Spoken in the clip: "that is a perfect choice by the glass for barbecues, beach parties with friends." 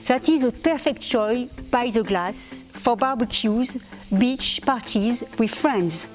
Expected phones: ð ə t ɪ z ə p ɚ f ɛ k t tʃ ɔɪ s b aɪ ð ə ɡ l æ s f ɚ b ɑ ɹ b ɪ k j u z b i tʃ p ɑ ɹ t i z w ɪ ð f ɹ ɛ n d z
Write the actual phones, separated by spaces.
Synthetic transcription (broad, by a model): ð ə t ɪ z ə p ɚ f ɛ k t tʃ ɔɪ b aɪ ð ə ɡ l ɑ s f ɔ b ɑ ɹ b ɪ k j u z b i tʃ p ɑ ɹ t i z w ɪ ð f ɹ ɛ n d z